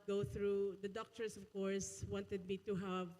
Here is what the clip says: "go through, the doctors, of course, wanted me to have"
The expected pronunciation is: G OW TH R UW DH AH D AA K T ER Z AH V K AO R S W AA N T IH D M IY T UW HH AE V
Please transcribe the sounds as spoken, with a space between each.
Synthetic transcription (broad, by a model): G OW TH R UW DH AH D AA K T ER S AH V K AO R S W AA N T IH D M IY T UW HH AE V